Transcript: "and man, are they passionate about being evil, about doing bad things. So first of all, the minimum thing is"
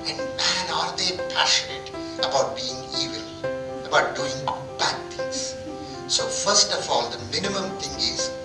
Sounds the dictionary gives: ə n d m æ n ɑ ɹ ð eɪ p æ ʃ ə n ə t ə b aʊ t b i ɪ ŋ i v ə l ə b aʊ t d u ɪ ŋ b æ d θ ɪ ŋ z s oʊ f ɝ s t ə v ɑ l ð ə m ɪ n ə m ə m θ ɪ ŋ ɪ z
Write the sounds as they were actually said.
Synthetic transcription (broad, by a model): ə n d m æ n ɑ ɹ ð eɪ p æ ʃ ə n ə t ə b aʊ t b i ɪ ŋ i v ə l ə b aʊ t d u ɪ ŋ b æ d t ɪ ŋ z s oʊ f ɝ s t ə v ɑ l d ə m ɪ n ə m ə m t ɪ ŋ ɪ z